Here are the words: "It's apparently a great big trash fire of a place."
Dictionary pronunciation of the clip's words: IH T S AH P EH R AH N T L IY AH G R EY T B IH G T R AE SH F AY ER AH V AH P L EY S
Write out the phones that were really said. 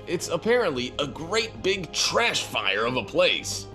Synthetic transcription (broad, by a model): IH T S AH P EH R AH N T L IY AH G R EY T B IH G T R AE SH F AY ER AH V AH P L EY S